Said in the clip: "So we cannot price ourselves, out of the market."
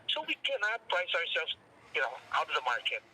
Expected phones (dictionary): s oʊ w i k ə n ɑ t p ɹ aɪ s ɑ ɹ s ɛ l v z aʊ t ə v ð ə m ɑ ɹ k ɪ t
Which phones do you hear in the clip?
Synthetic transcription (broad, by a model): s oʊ w i k ə n ɑ t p l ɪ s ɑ ɹ s ɛ l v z aʊ t ə v ð ə m ɑ ɹ k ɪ t